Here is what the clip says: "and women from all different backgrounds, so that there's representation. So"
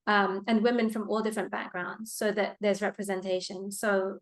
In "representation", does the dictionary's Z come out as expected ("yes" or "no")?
yes